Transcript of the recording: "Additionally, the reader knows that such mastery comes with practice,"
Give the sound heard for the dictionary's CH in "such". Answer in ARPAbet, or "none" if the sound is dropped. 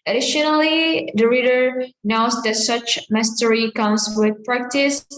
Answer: CH